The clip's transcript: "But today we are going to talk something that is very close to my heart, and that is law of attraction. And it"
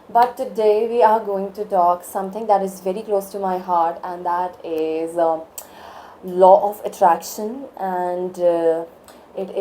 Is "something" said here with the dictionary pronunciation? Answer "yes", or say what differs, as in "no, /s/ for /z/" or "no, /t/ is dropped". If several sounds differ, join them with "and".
no, /t/ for /θ/